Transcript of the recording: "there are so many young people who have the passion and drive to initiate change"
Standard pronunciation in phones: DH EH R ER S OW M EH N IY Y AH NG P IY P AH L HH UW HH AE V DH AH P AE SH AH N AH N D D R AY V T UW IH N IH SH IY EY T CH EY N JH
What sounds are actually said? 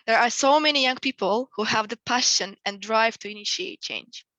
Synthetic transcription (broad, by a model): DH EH R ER S OW M EH N IY Y AH NG P IY P AH L HH UW HH AE V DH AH P AE SH AH N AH N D D R AY V T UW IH N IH SH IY EY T CH EY N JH